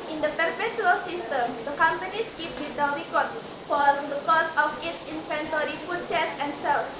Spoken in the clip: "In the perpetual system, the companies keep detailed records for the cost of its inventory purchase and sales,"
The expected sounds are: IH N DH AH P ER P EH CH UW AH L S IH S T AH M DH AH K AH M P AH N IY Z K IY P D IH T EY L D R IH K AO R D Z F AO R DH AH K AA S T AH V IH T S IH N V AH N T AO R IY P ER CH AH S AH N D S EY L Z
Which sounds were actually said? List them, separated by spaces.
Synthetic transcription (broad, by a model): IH N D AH P ER P EH CH UW AH L S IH S T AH M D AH K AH M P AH N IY S K IY P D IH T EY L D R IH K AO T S F AO R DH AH K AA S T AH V IH T S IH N F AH N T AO R IY F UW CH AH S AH N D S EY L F